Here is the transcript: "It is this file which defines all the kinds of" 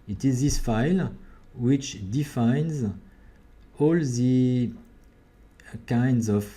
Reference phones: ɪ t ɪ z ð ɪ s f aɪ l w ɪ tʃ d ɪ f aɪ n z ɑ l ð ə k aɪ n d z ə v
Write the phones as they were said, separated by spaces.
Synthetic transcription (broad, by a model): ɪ t ɪ z ð ɪ s f aɪ l w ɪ tʃ d ɪ f aɪ n z ɑ l ð ə k aɪ n d z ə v